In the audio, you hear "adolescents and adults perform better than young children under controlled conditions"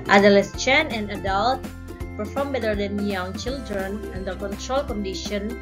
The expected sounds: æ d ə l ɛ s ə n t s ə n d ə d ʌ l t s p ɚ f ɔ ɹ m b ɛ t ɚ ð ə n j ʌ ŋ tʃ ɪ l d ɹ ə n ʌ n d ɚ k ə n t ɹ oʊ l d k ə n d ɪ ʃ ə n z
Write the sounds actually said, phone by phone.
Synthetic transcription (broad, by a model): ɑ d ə l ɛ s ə n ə n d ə d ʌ l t p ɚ f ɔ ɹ m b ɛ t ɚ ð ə n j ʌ ŋ tʃ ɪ l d ɹ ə n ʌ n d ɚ k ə n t ɹ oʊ l k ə n d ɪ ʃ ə n